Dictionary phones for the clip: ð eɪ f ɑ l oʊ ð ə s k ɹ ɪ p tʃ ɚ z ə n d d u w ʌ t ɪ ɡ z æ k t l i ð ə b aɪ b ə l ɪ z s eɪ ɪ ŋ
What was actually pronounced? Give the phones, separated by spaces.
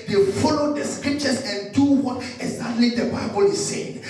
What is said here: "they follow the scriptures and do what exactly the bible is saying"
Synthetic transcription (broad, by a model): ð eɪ f ɑ l oʊ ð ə s k ɹ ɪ p tʃ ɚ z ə n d d u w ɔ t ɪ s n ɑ t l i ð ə b aɪ b ə l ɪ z s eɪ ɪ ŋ